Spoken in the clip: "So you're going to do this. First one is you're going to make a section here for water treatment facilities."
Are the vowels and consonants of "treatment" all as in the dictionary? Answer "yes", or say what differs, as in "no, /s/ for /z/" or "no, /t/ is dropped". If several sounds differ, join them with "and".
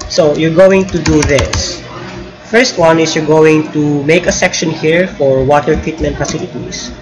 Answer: yes